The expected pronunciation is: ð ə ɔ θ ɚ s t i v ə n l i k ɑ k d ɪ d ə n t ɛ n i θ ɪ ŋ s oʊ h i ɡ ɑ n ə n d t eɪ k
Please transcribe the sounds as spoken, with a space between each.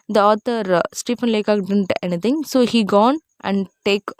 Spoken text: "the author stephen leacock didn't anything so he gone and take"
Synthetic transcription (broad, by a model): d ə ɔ t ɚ s t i p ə n l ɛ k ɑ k d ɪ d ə n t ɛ n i t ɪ ŋ s oʊ h i ɡ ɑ n ə n d t eɪ k